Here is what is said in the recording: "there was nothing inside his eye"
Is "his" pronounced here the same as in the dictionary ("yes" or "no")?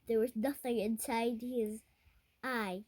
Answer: yes